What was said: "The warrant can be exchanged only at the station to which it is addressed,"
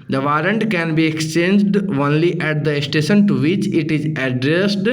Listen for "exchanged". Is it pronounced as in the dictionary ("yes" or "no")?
yes